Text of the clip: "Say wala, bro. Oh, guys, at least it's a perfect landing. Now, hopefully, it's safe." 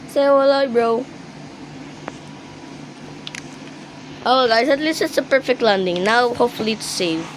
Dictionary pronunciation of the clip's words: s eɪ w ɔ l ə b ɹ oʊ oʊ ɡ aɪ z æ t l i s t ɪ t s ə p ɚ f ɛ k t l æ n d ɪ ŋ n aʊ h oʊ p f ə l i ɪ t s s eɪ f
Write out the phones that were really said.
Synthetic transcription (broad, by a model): s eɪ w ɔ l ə b ɹ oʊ oʊ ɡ aɪ s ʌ t l i s t ɪ t s ə p ɚ f ɛ k t l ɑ n d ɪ ŋ n aʊ h oʊ p f ə l i t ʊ s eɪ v